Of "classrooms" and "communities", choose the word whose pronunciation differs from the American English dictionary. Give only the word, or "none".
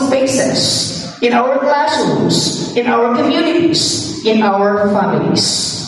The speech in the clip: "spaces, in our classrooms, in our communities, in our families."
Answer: classrooms